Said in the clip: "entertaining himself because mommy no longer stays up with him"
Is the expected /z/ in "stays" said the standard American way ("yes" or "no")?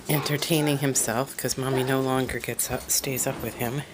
yes